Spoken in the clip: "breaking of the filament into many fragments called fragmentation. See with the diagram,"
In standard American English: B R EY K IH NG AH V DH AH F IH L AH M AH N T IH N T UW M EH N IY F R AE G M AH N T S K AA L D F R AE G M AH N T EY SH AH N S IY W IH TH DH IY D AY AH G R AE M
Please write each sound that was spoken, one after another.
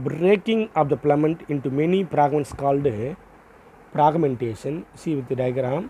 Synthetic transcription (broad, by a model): B R EY K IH NG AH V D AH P L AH M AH N T IH N T UW M EH N IY P R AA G M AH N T S K AA L D P R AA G M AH N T EY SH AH N S IY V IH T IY D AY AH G R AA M